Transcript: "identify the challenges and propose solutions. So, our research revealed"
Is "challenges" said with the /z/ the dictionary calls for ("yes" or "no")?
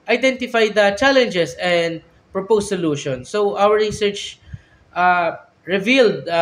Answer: no